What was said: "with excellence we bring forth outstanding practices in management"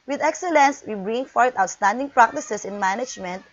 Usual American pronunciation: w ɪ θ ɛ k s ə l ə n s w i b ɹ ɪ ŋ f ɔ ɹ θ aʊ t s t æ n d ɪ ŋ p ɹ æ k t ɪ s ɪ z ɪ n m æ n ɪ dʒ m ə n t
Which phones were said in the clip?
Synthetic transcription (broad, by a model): w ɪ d ɛ k s ə l ə n s w i b ɹ ɪ ŋ f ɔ ɹ t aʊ t s t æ n d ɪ ŋ p ɹ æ k t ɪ s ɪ s ɪ n m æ n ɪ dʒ m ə n t